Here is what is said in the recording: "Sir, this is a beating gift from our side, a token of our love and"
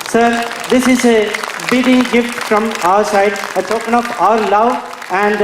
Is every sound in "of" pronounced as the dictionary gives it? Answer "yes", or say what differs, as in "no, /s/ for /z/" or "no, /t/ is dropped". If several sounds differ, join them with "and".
no, /p/ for /v/